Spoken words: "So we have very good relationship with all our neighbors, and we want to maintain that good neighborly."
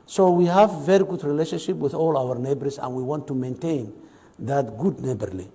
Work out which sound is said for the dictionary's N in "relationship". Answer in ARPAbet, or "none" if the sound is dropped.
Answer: N